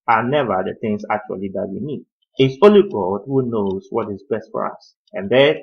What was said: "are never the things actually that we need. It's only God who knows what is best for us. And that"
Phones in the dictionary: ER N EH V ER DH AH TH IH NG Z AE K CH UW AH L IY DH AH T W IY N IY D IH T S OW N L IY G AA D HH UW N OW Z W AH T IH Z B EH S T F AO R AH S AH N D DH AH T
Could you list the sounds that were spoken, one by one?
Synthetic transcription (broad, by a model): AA N EH V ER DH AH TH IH NG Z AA K CH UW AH L IY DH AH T W IY N IY D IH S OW L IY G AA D HH UW N OW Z W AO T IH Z B EH S T F AO R AH S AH N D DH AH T